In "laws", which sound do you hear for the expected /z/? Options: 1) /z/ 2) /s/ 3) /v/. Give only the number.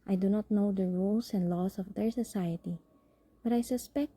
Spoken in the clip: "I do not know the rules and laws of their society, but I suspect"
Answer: 2